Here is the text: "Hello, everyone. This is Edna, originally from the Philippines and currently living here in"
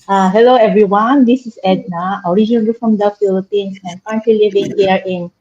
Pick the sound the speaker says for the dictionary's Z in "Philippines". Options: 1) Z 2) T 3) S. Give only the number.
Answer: 3